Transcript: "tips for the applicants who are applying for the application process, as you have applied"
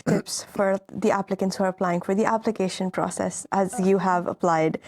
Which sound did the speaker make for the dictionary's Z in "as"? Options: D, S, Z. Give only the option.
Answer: Z